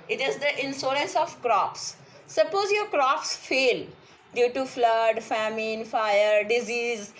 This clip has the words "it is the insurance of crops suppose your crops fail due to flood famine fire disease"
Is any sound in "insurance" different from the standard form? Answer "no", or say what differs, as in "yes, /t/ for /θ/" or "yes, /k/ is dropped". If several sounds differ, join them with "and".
yes, /s/ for /ʃ/